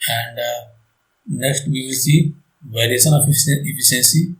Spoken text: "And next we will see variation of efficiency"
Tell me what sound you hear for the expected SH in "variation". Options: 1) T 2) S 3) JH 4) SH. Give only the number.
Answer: 2